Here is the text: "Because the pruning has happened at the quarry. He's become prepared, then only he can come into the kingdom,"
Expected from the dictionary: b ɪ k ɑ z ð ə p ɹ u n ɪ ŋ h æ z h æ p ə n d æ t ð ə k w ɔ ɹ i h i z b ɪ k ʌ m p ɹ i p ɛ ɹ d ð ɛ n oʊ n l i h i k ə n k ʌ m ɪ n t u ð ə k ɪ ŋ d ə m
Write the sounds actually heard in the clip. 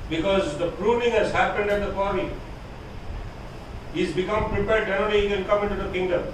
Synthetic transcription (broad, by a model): b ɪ k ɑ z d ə p ɹ u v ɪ ŋ h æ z h æ p ə n d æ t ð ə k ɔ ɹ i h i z b ɪ k ʌ m p ɹ i p ɛ ɹ d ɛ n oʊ l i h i k ə n k ʌ m ɪ n t u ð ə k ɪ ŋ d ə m